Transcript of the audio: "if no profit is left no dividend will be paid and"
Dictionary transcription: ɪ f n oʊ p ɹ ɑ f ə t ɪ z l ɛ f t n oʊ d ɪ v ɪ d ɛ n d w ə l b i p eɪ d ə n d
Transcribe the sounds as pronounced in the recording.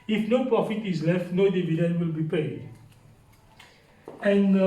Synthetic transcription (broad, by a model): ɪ f n oʊ p ɹ ɑ f ə t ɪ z l ɛ f t n oʊ d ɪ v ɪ d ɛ n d w ə l b i p eɪ d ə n